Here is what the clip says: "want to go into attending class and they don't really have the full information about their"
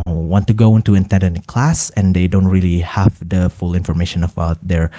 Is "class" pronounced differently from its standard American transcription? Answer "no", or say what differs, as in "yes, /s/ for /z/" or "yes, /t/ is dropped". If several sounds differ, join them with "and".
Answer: no